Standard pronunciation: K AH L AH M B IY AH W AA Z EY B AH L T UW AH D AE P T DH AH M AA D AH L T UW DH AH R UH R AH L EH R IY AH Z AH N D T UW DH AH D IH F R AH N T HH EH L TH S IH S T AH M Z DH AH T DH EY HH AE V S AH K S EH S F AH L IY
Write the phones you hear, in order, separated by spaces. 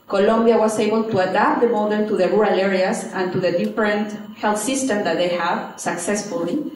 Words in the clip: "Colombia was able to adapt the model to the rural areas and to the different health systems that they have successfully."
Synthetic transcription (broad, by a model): K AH L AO M B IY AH W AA S EY B AH L T UW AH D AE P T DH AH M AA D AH N T UW DH AH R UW R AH L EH R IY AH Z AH N T UW DH AH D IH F R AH N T HH EH L TH S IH S T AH M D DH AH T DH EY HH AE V S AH K S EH S F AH L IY